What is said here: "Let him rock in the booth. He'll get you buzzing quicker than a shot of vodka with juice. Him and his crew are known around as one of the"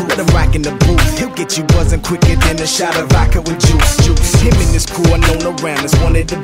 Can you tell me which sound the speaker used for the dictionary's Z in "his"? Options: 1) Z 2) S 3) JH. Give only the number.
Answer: 2